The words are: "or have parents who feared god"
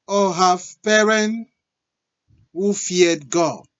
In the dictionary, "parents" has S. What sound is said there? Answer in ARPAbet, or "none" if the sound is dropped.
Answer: none